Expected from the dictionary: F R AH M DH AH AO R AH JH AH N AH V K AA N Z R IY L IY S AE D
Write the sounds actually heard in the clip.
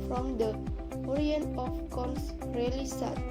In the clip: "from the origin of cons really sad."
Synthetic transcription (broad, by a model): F R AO M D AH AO R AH AH N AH F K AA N S R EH L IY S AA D